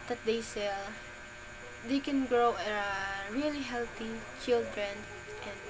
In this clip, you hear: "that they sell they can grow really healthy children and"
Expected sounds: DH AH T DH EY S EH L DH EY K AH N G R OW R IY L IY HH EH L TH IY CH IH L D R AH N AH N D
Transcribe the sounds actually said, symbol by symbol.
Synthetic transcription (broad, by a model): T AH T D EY S EH L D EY K AH N G R OW R IY L IY HH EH L T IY CH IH L D R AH N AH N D